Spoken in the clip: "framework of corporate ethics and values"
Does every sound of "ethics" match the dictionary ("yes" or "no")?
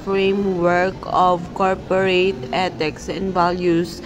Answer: no